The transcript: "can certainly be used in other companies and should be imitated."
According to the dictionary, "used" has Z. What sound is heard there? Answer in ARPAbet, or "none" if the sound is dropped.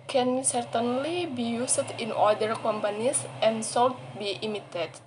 S